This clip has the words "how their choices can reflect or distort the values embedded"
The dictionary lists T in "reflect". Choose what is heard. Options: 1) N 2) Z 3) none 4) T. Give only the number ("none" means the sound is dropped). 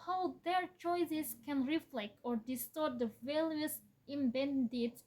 4